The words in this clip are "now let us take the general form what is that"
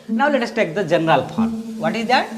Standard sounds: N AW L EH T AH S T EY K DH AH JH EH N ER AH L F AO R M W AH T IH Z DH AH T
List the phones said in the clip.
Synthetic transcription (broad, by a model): N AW L EH T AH S T EY K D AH JH EH N ER AH L P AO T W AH T IH Z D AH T